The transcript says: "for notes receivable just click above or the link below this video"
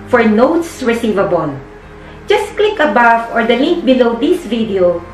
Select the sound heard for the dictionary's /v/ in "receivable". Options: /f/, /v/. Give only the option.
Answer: /v/